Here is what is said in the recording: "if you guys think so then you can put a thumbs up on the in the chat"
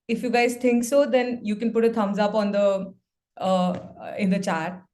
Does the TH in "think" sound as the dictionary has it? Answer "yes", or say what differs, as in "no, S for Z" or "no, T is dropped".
no, T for TH